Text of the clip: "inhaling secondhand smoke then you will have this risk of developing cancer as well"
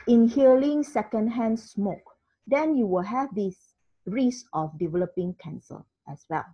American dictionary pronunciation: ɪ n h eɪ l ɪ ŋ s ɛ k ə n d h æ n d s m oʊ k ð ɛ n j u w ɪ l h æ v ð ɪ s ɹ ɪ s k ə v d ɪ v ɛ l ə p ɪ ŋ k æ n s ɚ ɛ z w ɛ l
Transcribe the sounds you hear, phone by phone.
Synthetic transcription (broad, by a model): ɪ n h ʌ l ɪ ŋ s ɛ k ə n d h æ n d s m oʊ k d ɛ n j u w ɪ l h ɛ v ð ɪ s ɹ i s ə f d ɪ v ɛ l ə p ɪ ŋ k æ n s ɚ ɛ s w ɛ l